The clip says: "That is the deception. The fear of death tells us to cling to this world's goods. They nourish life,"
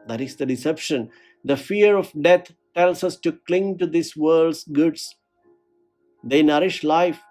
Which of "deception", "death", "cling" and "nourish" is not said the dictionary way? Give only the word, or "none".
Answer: death